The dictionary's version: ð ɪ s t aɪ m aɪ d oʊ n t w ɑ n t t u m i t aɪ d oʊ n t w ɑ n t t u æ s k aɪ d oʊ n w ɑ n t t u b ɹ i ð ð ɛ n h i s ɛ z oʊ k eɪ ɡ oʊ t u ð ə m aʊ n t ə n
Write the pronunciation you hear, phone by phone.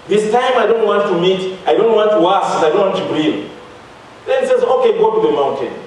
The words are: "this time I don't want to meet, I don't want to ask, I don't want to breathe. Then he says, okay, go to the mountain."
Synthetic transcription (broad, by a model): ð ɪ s t aɪ m aɪ d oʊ n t w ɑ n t t u m i t aɪ d oʊ n t w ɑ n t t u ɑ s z aɪ d oʊ n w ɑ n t t u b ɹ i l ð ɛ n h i s ɛ z oʊ k eɪ ɡ oʊ t u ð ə m aʊ n t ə n